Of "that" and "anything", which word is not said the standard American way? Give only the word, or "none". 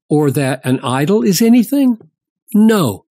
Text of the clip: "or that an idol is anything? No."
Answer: none